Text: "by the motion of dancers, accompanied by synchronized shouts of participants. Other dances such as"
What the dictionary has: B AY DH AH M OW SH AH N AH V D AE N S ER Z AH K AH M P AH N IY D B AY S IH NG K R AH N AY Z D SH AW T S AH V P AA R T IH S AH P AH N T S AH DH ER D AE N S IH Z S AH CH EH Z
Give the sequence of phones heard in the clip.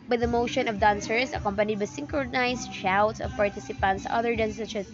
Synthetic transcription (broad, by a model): B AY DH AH M OW SH AH N AH V D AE N S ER S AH K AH M P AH N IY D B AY S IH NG K R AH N AY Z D SH AW T S AH V P AA R T IH S AH P AH N T S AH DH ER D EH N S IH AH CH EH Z